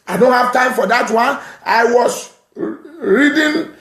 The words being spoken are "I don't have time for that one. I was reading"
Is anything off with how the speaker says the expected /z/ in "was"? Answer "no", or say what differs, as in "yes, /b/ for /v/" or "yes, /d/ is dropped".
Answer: yes, /s/ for /z/